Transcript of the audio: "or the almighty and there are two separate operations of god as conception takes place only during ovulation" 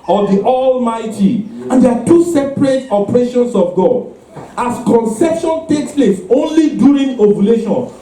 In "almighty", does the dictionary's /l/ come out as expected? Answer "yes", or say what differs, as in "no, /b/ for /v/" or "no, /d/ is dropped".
yes